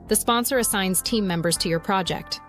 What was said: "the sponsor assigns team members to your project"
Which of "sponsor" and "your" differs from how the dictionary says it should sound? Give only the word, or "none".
none